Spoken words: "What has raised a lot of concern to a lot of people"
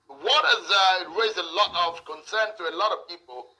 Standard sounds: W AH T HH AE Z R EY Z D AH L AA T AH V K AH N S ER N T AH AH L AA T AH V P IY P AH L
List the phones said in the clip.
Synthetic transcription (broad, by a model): W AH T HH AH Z R EY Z AH L AA T AH V K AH N S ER N T AH AH L AA T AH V P IY P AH L